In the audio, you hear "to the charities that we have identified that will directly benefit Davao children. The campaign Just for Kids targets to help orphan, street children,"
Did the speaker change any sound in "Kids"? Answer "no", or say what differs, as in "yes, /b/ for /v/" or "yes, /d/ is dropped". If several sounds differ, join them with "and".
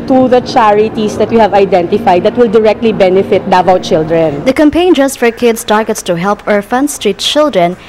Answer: yes, /s/ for /z/